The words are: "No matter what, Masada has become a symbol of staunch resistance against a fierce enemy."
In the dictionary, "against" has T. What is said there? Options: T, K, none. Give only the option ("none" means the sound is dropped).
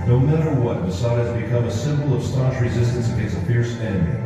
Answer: none